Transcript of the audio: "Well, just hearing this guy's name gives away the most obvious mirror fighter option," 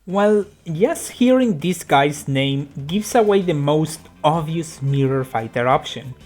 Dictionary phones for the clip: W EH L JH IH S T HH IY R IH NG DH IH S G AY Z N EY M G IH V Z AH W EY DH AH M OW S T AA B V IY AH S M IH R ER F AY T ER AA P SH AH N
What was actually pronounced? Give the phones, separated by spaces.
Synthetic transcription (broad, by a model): W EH L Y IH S HH IY R IH NG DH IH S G AY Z N EY M G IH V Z AH W EY DH AH M OW S T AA V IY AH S M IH R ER F AY T ER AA P SH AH N